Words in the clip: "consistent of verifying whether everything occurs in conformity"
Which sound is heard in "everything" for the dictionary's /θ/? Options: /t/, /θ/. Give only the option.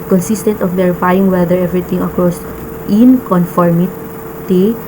/t/